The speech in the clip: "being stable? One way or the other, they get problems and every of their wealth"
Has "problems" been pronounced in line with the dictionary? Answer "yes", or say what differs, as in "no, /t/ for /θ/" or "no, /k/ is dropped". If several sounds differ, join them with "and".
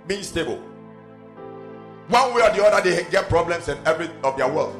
no, /s/ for /z/